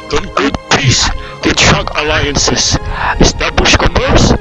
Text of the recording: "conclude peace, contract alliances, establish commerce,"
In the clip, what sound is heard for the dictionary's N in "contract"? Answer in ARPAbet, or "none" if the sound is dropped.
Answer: none